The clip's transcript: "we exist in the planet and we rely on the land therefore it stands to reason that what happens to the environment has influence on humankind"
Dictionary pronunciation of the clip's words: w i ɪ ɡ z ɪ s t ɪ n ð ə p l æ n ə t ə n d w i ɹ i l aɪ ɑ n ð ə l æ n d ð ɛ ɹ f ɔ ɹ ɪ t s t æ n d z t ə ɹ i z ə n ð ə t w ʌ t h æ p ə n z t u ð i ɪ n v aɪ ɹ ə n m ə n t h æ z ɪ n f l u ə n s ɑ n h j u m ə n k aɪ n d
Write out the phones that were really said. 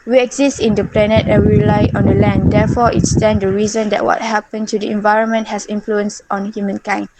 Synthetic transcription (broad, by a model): w i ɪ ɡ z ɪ s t ɪ n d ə p l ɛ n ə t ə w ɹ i l aɪ ɑ n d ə l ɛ n d ɛ f ɔ ɪ t s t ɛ n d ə ɹ i z ə n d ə t w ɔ t h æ p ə n t u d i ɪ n v aɪ ɹ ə n m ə n t h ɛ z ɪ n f l u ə n s ɑ n h j u m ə n k aɪ n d